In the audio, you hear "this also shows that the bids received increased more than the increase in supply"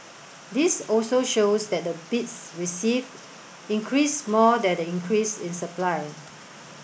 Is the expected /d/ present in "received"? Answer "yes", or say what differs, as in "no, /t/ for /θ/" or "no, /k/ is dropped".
no, /d/ is dropped